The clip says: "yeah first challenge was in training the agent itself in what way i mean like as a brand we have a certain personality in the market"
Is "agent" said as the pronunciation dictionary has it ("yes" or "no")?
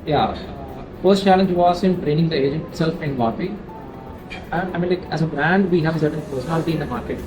yes